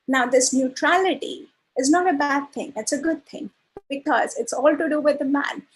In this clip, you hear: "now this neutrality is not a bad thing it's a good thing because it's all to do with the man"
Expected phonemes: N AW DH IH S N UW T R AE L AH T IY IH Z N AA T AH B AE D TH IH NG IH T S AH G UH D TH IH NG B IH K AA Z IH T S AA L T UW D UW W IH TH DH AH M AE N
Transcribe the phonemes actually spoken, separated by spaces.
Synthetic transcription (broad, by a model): N AW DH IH S N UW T R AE L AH T IY IH Z N AA T AH B AE D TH IH NG IH T S AH G UH D T IH NG B IH K AA Z IH T S AA L T UW D UW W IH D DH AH M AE N